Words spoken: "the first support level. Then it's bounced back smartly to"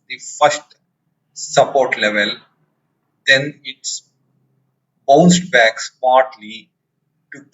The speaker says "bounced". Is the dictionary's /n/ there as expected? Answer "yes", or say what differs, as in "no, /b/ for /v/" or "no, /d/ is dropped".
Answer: no, /n/ is dropped